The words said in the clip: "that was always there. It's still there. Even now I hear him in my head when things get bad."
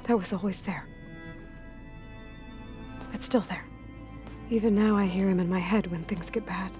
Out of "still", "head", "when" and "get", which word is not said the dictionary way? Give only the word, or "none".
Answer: none